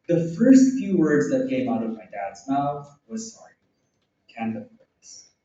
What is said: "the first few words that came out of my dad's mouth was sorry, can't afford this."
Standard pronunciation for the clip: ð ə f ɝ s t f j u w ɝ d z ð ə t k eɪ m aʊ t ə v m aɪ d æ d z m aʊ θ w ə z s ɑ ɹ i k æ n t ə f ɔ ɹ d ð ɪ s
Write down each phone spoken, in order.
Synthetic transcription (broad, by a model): ð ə f ɝ s t f j u w ɝ d z ð ə t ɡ eɪ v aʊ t ə v m aɪ d æ d z m aʊ θ w ə z s ɑ ɹ i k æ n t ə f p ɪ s